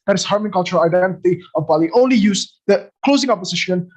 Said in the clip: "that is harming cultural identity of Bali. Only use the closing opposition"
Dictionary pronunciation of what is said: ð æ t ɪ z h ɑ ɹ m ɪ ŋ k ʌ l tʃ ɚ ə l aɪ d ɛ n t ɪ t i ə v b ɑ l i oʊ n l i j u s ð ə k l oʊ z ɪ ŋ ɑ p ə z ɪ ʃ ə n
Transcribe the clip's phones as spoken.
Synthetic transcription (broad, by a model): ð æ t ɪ s h ɑ ɹ m ɪ ŋ k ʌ l tʃ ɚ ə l aɪ d ɛ n t ɪ t i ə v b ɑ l i oʊ n l i j u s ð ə k l oʊ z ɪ ŋ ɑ p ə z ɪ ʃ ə n